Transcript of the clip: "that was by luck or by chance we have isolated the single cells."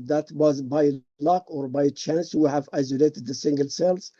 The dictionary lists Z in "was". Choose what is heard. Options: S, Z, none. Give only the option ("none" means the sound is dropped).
Z